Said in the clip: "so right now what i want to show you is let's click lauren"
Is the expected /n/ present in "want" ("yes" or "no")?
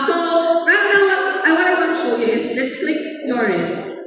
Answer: no